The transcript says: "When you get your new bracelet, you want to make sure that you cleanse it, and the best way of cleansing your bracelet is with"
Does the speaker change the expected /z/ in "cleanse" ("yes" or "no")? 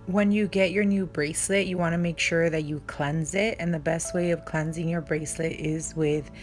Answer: no